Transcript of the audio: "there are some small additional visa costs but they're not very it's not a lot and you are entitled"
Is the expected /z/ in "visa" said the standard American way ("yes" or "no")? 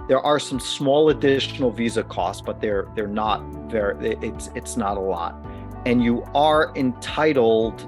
yes